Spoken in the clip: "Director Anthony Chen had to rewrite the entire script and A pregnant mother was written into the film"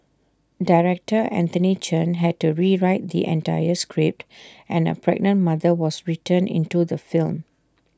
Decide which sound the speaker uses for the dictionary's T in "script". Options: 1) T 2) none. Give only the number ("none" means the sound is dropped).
1